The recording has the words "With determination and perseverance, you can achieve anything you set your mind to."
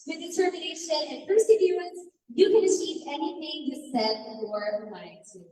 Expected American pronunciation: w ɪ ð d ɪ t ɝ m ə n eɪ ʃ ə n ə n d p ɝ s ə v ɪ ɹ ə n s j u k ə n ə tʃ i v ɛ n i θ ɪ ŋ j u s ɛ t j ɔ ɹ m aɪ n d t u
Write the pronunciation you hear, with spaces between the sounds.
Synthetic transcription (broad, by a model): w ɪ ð d ɪ t ɝ m ə n eɪ ʃ ə n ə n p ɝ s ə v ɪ ə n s j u k ə n ə tʃ i v ɛ n i θ ɪ ŋ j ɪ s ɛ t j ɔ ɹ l aɪ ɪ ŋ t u